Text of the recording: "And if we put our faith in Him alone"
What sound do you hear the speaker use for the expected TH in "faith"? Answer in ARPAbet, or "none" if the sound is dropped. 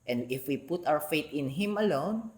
T